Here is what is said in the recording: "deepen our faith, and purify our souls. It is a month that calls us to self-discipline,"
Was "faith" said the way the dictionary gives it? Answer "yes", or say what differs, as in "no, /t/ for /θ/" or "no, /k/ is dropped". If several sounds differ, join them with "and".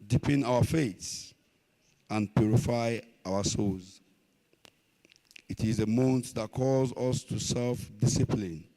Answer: no, /s/ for /θ/